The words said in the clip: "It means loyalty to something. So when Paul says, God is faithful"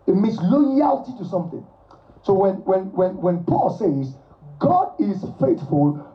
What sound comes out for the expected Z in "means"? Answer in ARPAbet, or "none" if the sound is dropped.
S